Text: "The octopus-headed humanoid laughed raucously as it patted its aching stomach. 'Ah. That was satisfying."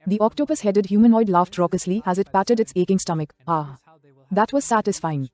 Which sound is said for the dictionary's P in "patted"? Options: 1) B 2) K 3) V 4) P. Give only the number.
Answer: 4